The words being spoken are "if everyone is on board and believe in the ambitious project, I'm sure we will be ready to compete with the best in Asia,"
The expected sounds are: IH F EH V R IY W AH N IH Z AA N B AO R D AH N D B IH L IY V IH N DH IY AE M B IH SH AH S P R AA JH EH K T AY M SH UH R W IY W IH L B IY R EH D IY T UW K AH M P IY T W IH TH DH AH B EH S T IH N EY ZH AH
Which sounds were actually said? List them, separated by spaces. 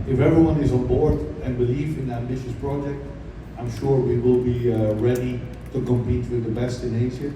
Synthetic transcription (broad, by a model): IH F EH V R IY W AH N IH Z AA N B AO R D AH N B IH L IY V IH N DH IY AE M B IH SH AH S P R AA JH EH K T AY M SH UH R W IY W IH L B IY R EH D IY T UW K AH M P IY T W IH DH AH B EH S T IH N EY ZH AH